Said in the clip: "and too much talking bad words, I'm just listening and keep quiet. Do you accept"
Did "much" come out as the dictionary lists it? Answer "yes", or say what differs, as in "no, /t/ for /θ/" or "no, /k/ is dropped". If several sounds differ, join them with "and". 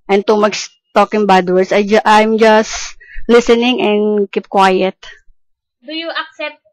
no, /s/ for /tʃ/